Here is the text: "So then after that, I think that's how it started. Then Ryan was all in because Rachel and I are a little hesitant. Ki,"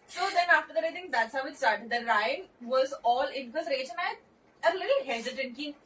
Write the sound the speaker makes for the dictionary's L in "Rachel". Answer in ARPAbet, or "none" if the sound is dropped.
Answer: N